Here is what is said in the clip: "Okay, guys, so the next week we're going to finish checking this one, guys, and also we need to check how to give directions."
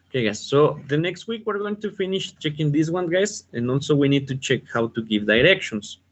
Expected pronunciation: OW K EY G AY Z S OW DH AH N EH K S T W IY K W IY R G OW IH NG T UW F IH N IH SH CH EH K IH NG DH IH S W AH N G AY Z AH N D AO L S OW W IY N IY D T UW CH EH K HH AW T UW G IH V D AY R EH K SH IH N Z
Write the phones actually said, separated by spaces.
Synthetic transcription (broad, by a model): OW K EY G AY S OW DH AH N EH K S T W IY K W IY R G OW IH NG T UW F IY N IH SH CH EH K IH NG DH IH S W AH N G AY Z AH N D AO L S OW W IY N IY D T UW CH EH K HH AW T UW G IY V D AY R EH K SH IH N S